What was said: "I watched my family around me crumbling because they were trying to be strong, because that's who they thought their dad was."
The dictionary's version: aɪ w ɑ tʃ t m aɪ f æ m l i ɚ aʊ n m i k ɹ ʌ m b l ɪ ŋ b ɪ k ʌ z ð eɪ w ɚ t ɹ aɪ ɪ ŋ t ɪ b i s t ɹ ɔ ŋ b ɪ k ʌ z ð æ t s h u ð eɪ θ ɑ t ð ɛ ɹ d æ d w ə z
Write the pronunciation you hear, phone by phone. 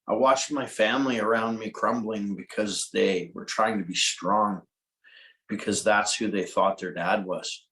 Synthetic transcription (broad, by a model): aɪ w ɑ tʃ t m aɪ f æ m l i ɚ aʊ n m i k ɹ ʌ m b l ɪ ŋ b ɪ k ʌ z ð eɪ w ɚ t ɹ aɪ ɪ ŋ t ɪ b i s t ɹ ɔ ŋ b ɪ k ʌ z ð æ t s h u ð eɪ θ ɑ t ð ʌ ɹ d æ d w ə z